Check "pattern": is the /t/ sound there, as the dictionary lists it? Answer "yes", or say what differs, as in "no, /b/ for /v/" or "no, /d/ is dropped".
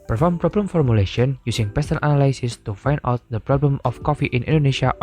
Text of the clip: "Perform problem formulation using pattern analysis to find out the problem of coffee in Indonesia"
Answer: no, /s/ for /t/